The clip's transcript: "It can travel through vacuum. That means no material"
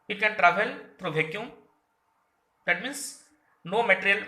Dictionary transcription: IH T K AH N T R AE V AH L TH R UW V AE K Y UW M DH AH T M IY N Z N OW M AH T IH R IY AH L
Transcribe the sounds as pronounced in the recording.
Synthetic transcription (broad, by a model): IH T K AH N T R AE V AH L T R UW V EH K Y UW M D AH T M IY N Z N OW M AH T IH R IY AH L